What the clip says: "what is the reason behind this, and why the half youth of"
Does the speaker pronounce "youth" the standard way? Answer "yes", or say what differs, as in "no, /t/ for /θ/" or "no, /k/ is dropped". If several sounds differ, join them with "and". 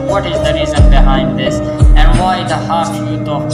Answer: no, /t/ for /θ/